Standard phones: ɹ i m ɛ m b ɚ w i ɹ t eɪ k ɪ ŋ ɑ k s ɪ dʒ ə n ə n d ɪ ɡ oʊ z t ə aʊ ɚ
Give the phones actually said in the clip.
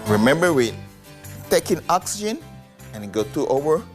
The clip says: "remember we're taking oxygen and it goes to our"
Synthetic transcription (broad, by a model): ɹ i m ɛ m b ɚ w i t t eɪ k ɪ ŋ ɑ k s ɪ dʒ ə n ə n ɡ ɪ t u t ə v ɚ